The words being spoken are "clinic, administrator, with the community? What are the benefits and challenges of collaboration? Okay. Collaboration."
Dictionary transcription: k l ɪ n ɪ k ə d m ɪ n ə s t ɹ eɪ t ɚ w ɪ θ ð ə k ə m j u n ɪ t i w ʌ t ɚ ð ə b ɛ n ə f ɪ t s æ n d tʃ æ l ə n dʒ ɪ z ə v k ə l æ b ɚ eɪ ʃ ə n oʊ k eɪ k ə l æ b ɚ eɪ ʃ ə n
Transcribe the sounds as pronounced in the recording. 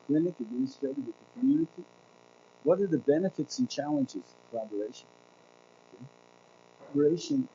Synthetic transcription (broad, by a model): k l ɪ n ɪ k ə d m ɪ n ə s t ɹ eɪ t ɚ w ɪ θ ð ə k ə m j u n ɪ t i w ʌ t ɚ ð ə b ɛ n ə f ɪ t s n tʃ æ l ə n dʒ ɪ z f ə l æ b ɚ eɪ ʃ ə n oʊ ɔ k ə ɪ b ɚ eɪ ʃ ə n